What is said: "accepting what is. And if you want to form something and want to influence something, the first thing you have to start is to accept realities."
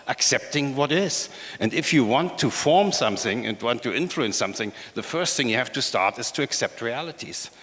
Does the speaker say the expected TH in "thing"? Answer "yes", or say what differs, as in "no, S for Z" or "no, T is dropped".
yes